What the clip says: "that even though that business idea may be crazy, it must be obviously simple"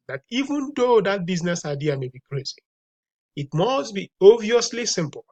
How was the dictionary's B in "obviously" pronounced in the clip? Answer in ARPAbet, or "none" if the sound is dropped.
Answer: none